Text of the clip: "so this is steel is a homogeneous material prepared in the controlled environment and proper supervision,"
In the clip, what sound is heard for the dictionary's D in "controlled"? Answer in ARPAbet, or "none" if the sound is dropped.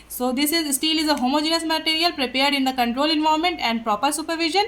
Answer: none